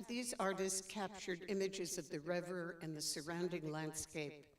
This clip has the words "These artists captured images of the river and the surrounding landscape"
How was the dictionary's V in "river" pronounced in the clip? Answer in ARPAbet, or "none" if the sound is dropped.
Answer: V